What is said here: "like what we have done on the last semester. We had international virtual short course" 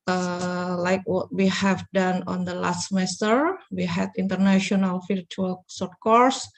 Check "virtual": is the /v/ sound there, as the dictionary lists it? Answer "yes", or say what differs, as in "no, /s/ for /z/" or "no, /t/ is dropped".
no, /f/ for /v/